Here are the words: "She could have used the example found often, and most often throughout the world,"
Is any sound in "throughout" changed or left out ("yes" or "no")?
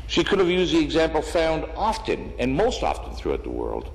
no